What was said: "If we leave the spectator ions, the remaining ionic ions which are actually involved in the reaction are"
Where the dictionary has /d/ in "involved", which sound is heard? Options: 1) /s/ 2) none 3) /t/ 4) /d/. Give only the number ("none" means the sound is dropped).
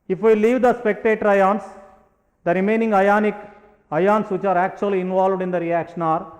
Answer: 4